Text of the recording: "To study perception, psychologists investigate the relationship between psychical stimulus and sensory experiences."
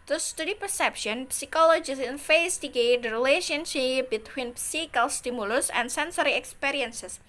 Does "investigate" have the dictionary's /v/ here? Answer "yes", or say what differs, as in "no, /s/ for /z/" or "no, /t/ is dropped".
no, /f/ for /v/